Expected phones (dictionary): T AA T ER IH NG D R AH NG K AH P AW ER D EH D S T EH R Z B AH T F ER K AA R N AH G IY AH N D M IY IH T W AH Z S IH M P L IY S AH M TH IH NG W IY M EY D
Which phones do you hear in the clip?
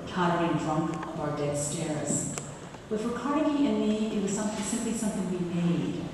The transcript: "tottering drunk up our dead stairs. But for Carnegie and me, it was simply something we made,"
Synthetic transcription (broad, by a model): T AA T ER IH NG D R AH NG K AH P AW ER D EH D S T EH R Z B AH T F ER K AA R AH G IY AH N M IY IH T W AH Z S IH M P L IY S AH M TH IH NG W IY M EY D